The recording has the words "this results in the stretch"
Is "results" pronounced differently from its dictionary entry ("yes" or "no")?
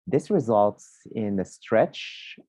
no